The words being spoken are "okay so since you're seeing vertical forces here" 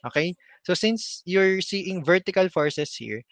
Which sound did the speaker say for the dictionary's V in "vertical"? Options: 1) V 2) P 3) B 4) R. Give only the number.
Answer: 1